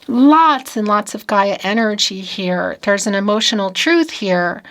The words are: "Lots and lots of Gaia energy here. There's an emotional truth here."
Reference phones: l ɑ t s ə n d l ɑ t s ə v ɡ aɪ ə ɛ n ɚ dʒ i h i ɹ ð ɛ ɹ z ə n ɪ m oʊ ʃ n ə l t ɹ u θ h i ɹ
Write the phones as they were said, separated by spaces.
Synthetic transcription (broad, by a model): l ɑ t s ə n l ɑ t s ə v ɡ aɪ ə ɛ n ɚ dʒ i h i ɹ ð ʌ ɹ z ə n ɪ m oʊ ʃ n l t ɹ u θ h i ɹ